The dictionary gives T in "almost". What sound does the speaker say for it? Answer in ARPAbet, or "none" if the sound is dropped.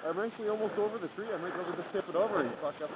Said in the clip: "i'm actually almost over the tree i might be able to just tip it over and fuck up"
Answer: T